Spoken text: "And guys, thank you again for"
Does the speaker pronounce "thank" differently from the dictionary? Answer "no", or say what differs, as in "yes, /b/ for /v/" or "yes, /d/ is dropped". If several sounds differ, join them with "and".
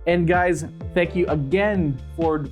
no